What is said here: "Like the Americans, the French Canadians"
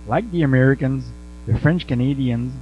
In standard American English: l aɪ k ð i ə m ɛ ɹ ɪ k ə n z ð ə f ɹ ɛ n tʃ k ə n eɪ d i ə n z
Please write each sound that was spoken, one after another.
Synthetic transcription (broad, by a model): l aɪ k ð i ə m ɛ ɹ ɪ k ə n z ð ə f ɹ ɛ n tʃ k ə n eɪ d i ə n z